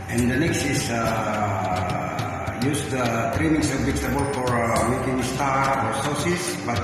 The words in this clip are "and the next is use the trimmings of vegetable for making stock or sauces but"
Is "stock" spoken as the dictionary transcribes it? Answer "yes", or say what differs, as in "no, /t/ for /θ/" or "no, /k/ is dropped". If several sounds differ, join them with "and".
no, /k/ is dropped